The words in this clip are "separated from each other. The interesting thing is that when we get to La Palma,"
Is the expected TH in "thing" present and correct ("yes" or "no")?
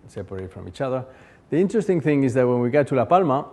yes